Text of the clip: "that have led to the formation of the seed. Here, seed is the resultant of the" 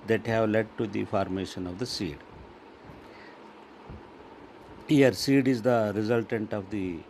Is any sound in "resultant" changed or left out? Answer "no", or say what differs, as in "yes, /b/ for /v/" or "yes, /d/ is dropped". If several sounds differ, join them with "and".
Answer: no